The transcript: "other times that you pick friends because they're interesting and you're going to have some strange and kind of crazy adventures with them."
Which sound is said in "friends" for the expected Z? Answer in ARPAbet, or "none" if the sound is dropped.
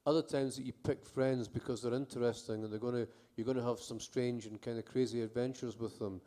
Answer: Z